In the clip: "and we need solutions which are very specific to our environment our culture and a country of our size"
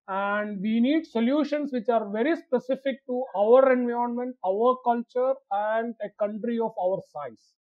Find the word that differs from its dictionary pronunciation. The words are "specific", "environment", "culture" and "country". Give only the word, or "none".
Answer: environment